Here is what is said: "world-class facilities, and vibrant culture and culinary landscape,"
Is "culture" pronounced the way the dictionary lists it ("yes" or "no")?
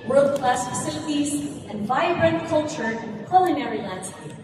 yes